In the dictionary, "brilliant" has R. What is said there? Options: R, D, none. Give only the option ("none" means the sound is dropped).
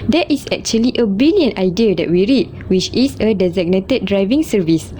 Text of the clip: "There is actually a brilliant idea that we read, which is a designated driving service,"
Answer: none